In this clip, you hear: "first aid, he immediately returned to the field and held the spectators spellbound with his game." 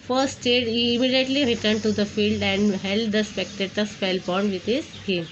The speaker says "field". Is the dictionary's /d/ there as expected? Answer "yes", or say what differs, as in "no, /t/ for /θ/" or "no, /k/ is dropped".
yes